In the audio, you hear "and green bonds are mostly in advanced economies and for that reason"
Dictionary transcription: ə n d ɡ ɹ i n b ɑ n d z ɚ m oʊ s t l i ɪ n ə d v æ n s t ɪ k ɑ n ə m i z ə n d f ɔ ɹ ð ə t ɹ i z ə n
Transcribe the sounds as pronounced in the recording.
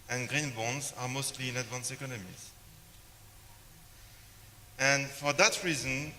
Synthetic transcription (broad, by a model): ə n ɡ ɹ i n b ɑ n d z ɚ m oʊ s t l i ɪ n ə d v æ n s ɪ k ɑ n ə m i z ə n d f ɔ ɹ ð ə t ɹ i z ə n